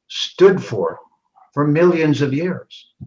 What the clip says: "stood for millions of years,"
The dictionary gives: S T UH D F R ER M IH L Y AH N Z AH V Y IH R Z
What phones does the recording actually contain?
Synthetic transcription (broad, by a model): S T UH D F R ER M IH L Y AH N Z AH V Y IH R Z